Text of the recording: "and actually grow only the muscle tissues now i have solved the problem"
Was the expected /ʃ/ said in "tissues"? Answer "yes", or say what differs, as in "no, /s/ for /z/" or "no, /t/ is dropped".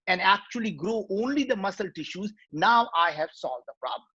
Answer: yes